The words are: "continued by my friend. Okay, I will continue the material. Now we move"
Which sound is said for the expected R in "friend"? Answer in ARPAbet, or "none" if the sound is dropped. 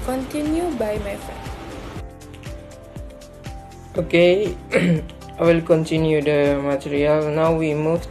none